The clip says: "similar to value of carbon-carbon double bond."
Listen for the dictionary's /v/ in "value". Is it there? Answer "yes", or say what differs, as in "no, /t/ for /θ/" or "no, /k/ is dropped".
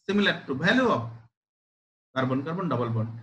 no, /b/ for /v/